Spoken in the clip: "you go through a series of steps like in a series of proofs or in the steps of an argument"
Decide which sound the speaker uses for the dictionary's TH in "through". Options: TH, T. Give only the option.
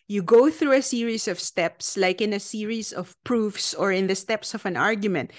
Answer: TH